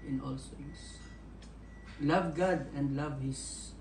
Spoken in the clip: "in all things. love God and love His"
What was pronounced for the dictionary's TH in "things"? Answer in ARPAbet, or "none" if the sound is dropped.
S